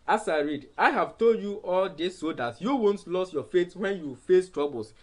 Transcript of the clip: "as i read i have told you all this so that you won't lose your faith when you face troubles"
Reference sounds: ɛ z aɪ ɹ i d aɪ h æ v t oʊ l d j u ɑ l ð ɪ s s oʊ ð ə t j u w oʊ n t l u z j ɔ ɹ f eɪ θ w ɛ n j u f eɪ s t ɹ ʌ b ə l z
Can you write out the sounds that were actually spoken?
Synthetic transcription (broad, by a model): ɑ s aɪ ɹ i d aɪ h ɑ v t oʊ l d j u ɑ l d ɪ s s oʊ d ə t j u w oʊ n t l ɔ s j ɔ f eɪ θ w ɛ n j u f eɪ s t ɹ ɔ b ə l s